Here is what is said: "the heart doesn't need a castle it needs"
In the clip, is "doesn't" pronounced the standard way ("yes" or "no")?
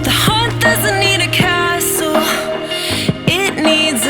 yes